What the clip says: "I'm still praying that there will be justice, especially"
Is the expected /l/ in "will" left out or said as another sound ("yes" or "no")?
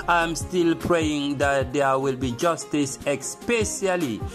no